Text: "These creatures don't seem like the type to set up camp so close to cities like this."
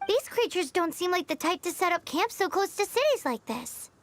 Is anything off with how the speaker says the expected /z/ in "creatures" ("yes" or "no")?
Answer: no